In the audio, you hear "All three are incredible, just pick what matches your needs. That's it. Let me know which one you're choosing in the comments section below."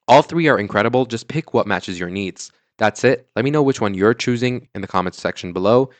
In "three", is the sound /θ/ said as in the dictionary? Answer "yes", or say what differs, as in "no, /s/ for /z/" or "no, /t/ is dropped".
yes